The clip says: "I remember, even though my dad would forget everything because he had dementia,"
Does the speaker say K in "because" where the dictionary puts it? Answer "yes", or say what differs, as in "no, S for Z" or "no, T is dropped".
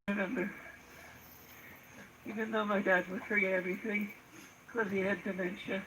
no, K is dropped